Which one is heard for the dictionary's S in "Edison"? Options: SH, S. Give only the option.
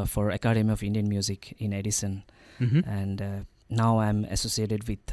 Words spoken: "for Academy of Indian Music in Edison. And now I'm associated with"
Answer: S